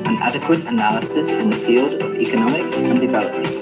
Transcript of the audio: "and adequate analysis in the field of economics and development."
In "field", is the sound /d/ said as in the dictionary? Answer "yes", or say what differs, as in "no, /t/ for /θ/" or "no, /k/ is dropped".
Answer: yes